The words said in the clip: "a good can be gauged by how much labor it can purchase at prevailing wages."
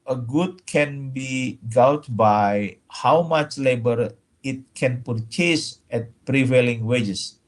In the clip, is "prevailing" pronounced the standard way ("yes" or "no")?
yes